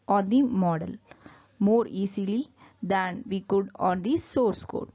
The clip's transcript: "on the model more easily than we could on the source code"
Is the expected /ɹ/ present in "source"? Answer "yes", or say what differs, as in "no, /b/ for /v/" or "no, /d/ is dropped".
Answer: yes